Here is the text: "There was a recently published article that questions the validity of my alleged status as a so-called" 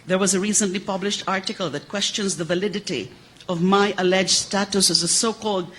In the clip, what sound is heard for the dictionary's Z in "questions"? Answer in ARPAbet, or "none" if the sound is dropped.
Z